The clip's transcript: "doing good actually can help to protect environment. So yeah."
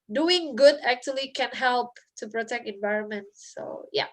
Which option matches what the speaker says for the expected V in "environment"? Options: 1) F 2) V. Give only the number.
2